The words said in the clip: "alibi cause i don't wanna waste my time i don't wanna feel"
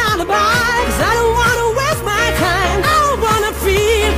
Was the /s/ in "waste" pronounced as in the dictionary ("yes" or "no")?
no